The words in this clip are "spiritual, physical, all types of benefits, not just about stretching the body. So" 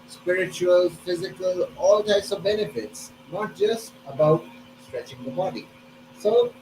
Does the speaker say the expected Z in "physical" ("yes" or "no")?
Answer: yes